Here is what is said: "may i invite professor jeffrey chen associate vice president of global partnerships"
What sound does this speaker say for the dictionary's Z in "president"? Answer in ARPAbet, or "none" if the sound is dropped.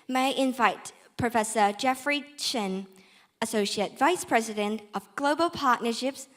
Z